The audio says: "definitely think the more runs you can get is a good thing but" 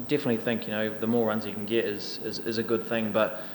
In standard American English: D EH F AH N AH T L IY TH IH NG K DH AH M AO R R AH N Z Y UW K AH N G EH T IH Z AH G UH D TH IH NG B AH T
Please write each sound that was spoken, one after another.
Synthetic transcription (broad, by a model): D EH F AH N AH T L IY TH IH NG K DH AH M AO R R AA N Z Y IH K AH N G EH T IH Z AH G UH D TH IH NG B AH T